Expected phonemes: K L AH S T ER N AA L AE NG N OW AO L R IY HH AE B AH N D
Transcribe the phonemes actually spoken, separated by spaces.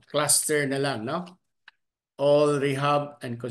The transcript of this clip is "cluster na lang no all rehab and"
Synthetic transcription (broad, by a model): K L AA S T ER N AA L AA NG N OW AO L R IY HH AE B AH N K